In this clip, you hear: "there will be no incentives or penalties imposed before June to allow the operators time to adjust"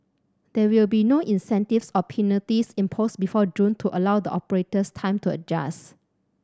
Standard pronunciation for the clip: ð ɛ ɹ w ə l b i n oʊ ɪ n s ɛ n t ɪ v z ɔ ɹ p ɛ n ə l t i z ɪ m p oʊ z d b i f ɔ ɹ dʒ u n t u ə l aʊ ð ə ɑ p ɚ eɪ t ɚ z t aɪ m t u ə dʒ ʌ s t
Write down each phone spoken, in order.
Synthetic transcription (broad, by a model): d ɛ w ə l b i n oʊ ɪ n s ɛ n t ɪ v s ɔ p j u n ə t i s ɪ m p oʊ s b i f ɔ dʒ u n t u ə l aʊ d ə ɑ p ɚ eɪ t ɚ s t aɪ m t u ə dʒ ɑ s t